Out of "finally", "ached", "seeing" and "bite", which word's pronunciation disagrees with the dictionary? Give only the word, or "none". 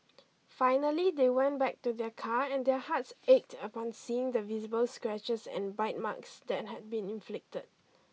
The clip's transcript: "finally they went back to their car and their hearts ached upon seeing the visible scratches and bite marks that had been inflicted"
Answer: none